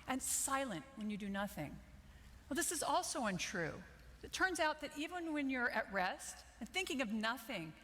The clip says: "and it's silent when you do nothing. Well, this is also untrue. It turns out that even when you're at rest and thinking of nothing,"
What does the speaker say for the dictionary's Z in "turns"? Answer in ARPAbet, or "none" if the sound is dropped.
Z